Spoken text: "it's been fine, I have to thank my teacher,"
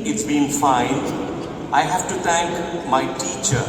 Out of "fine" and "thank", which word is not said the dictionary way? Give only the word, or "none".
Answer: thank